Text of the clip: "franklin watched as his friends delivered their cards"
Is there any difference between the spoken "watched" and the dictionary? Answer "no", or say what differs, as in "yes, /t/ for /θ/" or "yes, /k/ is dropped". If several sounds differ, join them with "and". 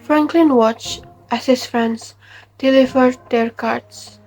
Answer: no